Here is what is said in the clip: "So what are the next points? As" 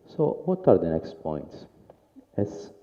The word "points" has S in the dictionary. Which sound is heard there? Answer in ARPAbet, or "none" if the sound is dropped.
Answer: S